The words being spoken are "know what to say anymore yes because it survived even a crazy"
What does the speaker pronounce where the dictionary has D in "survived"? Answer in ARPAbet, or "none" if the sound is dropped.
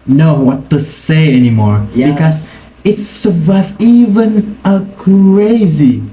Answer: none